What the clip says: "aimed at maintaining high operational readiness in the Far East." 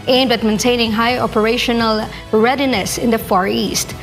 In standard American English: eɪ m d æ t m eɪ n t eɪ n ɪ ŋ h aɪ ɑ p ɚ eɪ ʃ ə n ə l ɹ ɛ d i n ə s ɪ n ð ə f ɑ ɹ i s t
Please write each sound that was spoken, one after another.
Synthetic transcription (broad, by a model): eɪ m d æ t m eɪ n t eɪ n ɪ ŋ h aɪ ɑ p ɚ eɪ ʃ ə n ə l ɹ ɛ d i n ə s ɪ n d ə f ɑ ɹ i s t